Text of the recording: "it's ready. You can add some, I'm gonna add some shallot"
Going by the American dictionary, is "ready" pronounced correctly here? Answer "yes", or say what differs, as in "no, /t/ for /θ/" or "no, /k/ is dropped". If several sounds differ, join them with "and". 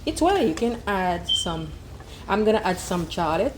no, /w/ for /ɹ/